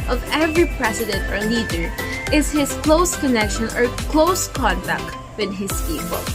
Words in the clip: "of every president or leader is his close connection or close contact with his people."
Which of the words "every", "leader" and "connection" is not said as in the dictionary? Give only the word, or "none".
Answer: none